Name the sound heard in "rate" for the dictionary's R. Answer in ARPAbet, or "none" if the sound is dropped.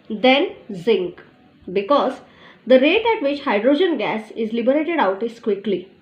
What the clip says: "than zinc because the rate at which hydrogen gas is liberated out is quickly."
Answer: R